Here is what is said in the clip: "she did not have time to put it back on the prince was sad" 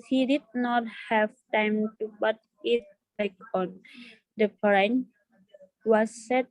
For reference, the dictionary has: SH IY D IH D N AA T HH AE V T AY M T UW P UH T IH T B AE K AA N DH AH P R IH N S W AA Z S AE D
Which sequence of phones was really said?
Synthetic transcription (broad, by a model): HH IY D IH D N AA T HH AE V T AY M T UW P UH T IH T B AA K AA N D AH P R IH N W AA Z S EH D